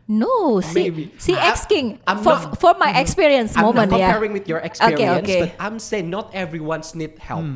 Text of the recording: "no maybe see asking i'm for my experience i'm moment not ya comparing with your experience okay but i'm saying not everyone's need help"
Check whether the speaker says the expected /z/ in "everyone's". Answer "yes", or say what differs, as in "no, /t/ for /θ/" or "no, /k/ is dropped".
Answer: no, /s/ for /z/